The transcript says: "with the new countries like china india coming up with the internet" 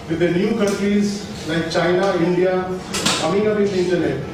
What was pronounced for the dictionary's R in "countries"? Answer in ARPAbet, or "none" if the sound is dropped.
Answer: R